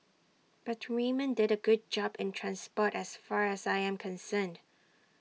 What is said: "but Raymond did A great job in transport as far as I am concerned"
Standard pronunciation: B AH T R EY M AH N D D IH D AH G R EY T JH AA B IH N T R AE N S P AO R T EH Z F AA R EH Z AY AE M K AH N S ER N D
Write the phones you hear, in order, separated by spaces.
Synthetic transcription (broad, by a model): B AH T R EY M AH N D D IH D AH G UH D JH AA B IH N T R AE N S P AO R T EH S F AA R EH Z AY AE M K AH N S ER N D